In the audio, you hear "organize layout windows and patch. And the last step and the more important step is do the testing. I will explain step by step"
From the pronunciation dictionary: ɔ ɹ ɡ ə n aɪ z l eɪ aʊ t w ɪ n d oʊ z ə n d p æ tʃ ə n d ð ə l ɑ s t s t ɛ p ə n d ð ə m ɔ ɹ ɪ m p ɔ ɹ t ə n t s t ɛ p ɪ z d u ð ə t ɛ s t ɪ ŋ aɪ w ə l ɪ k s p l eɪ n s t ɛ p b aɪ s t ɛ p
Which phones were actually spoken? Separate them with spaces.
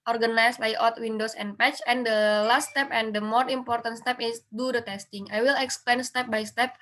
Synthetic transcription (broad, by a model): ɔ ɹ ɡ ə n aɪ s l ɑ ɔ t w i n d oʊ s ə n p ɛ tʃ ə n d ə l ɑ s t s t ɛ p ə n d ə m ɔ ɹ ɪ m p ɔ ɹ t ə n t s t ɛ p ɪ s d u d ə t ɛ s t ɪ ŋ aɪ w ə l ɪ k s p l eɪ n s t ɛ p b aɪ s t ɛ p